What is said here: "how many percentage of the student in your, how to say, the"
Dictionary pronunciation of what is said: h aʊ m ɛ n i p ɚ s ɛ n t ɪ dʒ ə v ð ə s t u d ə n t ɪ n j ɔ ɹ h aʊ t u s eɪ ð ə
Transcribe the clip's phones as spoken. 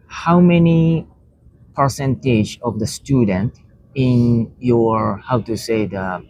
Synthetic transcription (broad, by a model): h aʊ m ɛ n i p ɚ s ɛ n t ɪ dʒ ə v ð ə s t u d ə n t ɪ n j ɔ ɹ h aʊ t u s eɪ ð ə